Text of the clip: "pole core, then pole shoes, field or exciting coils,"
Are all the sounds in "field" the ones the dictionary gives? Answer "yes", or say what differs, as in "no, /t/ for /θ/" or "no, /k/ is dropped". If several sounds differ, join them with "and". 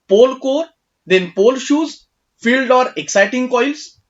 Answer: yes